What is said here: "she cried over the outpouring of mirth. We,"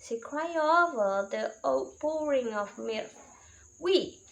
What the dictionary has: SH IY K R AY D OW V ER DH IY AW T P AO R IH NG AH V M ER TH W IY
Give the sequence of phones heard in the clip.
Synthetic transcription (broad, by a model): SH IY K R AY OW V ER DH IY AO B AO R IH NG AH V M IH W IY